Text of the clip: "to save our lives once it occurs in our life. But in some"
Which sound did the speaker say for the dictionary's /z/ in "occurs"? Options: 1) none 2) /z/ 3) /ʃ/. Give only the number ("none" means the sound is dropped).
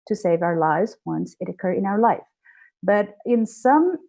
1